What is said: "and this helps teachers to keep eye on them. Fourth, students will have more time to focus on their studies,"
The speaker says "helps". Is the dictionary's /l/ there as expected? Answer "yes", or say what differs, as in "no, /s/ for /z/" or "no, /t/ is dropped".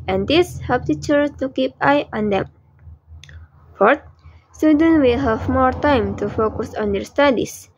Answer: no, /l/ is dropped